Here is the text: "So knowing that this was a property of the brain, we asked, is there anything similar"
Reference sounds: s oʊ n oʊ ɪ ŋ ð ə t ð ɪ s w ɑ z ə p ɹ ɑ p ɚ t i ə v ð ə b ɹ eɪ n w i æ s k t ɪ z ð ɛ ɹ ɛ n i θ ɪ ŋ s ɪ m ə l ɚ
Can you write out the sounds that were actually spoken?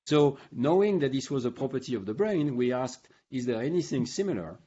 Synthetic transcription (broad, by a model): s oʊ n oʊ ɪ ŋ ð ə t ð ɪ s w ɑ z ə p ɹ ɑ p ɚ t i ə v ð ə b ɹ eɪ n w i æ s k t ɪ z ð ɛ ɹ ɛ n i θ ɪ ŋ s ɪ m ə l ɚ